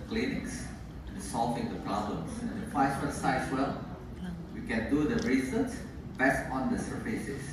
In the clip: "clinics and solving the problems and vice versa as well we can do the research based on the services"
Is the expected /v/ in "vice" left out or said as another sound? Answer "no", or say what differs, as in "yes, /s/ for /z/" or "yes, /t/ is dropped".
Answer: yes, /f/ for /v/